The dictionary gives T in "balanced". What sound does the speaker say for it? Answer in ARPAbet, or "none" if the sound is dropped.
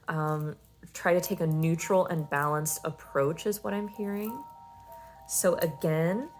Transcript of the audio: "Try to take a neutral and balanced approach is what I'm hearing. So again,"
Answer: T